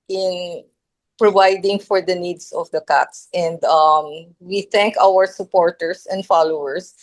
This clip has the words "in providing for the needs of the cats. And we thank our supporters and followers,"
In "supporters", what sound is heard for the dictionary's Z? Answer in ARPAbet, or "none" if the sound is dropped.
S